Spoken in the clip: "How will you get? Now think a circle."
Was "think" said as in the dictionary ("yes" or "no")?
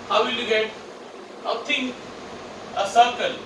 no